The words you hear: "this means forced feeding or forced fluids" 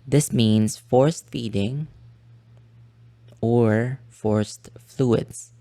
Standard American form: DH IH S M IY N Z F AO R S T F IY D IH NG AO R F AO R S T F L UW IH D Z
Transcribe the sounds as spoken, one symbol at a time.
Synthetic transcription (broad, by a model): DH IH S M IY N S F AO R S T F IY D IH NG AO R F AO R S T F L UW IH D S